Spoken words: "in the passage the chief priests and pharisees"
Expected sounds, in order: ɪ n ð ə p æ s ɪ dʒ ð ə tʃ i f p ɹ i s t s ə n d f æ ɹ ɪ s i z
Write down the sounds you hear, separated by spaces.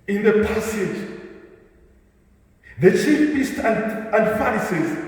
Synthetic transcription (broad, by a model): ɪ n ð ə p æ s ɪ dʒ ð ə tʃ i f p i s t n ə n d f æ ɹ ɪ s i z